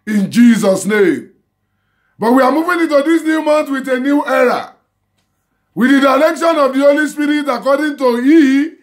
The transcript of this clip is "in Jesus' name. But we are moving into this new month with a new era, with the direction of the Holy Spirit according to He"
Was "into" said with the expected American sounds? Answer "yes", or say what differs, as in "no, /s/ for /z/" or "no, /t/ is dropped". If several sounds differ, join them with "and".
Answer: yes